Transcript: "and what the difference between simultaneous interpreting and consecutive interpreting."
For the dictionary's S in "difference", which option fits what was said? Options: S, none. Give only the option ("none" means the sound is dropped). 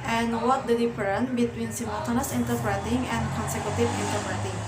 none